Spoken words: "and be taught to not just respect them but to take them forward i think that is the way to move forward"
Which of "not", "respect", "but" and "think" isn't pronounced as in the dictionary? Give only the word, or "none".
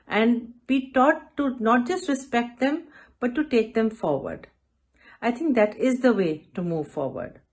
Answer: think